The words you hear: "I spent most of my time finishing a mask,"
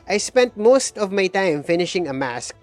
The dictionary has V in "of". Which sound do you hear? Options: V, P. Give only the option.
V